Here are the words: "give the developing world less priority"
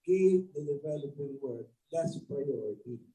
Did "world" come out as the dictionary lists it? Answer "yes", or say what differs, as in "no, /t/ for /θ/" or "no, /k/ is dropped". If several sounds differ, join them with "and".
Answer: no, /l/ is dropped